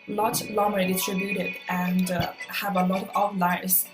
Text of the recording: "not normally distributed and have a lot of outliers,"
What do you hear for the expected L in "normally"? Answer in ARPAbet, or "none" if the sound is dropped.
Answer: none